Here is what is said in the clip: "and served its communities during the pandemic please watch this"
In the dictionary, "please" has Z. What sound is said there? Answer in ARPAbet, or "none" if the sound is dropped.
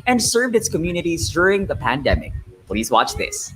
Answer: Z